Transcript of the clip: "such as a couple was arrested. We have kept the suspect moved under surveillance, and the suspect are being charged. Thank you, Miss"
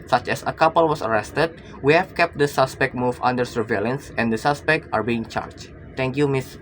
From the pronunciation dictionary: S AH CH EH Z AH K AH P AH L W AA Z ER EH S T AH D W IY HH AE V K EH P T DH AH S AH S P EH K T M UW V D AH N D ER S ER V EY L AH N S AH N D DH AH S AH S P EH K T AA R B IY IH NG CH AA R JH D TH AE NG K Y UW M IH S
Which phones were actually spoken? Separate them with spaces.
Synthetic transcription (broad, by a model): S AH CH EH S AH K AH P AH L W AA S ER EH S T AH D W IY HH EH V K EH P T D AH S AH S P EH K T M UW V AH N D ER S ER V EY L AH N S AH N D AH S AH S P EH K T AA R B IY IH NG CH AA R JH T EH NG K Y UW M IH S